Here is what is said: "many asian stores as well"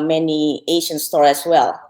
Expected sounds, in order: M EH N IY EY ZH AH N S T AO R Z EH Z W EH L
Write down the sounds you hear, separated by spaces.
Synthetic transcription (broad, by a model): M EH N IY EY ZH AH N S T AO R EH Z W EH L